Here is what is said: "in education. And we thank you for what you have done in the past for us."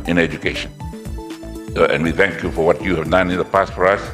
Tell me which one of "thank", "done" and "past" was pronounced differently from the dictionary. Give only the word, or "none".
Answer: none